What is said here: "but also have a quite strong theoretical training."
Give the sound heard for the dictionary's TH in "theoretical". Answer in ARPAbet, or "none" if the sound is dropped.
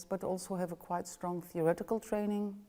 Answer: TH